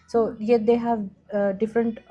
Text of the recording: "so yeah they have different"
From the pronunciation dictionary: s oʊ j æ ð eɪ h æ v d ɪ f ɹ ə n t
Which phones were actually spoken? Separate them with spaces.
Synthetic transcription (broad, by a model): s oʊ j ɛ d eɪ h æ v d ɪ f ɹ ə n t